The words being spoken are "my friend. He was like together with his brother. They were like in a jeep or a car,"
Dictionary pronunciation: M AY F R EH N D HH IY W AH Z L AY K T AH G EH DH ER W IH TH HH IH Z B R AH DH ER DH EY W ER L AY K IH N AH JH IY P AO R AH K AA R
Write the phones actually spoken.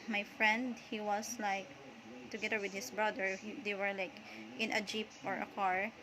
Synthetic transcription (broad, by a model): M AY F R EH N D HH IY W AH S L AY K T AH G EH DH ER W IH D HH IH S B R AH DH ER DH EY W ER L AY K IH N AH JH IY P AO R AH K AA R